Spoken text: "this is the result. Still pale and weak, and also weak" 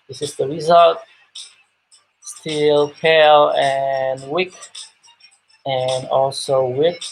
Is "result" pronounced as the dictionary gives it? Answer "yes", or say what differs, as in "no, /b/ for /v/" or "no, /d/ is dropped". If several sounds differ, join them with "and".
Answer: yes